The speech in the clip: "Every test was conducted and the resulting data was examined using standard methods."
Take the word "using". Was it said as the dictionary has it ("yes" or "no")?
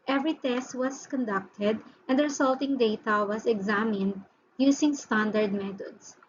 no